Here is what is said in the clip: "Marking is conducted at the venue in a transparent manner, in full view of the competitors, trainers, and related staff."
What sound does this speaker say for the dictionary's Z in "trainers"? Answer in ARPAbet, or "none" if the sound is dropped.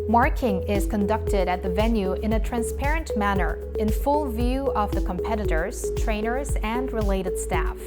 Z